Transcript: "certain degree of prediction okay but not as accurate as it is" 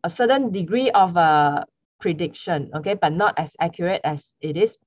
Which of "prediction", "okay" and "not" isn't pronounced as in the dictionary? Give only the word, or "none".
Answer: none